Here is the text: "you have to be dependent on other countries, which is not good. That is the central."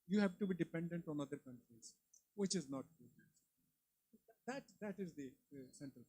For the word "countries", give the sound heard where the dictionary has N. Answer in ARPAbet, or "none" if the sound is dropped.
N